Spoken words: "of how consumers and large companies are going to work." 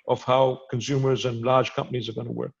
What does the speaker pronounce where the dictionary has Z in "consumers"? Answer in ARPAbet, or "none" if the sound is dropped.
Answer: Z